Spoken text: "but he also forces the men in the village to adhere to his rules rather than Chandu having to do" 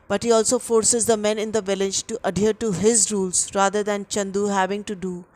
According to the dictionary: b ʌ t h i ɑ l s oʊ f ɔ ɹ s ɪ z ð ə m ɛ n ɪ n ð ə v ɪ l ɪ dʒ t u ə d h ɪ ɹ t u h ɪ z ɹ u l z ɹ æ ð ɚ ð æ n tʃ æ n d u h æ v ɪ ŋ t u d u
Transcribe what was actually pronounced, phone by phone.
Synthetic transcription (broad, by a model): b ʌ t h i ɑ l s oʊ f ɔ ɹ s ɪ z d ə m ɛ n ɪ n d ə v ɪ l ɪ dʒ t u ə d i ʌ ɹ t u h ɪ z ɹ u l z ɹ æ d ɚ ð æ n tʃ æ n d u h æ v ɪ ŋ t u d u